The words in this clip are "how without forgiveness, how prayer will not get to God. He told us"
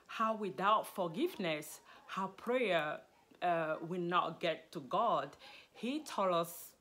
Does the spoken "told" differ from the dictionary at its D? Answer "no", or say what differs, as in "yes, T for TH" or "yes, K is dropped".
yes, D is dropped